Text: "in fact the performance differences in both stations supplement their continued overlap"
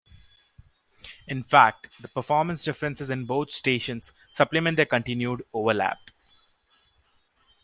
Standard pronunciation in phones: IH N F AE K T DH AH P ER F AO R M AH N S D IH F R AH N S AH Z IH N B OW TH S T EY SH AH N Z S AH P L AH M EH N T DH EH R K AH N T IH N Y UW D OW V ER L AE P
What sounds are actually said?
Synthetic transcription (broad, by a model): IH N F AE K T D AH P ER F AO R M AH N S D IH F R AH N S AH Z IH N B OW T S T EY SH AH N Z S AH P L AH M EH N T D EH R K AH N T IH N Y UW D OW V ER L AE P